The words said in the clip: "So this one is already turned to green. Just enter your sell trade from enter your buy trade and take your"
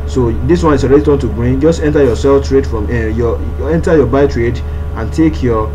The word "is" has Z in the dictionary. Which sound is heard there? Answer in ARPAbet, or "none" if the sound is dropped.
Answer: S